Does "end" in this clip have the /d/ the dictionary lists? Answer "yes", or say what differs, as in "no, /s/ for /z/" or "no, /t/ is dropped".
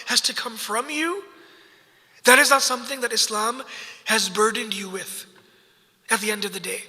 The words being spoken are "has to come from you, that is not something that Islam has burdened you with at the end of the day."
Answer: yes